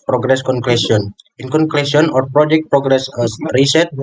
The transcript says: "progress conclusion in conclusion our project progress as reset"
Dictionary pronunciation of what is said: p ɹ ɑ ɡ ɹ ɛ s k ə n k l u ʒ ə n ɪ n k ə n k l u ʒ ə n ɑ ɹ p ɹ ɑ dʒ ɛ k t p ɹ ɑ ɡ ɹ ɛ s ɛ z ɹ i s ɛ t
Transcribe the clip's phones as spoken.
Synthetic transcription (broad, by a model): p ɹ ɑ ɡ ɹ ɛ s k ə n k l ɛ s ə n ɪ n k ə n k l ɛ s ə n ɑ ɹ p ɹ ɑ dʒ ɛ k t p ɹ ɑ ɡ ɹ ɛ s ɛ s ɹ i s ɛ t